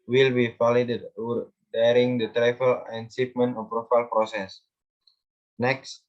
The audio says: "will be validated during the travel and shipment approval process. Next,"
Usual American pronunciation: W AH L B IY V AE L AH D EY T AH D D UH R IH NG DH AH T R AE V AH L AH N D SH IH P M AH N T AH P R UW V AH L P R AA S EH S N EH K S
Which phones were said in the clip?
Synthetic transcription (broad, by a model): W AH L B IY F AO L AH D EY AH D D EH R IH NG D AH T R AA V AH L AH N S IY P M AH N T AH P R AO F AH L P R AA S EH S N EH K S